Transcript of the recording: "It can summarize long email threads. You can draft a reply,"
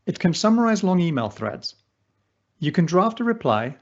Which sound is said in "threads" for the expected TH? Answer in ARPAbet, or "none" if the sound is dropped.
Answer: TH